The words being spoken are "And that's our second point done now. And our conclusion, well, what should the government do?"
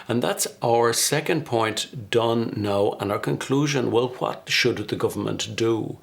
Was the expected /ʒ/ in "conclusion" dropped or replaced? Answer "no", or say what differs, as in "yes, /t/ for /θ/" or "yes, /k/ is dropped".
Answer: no